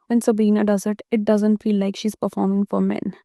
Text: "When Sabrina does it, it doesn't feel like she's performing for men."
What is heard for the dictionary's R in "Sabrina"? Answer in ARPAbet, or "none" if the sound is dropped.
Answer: none